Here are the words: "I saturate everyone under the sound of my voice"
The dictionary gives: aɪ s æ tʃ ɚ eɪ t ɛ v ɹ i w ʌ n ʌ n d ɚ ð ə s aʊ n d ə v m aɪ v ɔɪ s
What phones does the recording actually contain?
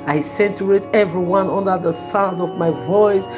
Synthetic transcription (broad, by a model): aɪ s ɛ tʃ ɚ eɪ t ɛ v ɹ i w ʌ n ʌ n d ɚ ð ə s aʊ n d ə v m aɪ v ɔɪ s